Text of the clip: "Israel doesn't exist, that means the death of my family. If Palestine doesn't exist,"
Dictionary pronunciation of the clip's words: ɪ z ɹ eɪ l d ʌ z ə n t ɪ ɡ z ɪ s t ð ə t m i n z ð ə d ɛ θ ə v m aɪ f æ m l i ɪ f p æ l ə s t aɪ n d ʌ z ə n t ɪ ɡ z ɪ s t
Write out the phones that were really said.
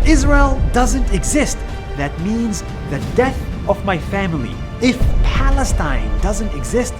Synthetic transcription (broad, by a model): ɪ z ɹ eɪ l d ʌ z ə n t ɪ ɡ z ɪ s t ð ə t m i n z ð ə d ɛ θ ə v m aɪ f æ m l i ɪ f p æ l ə s t aɪ n d ʌ z ə n t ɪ ɡ z ɪ s t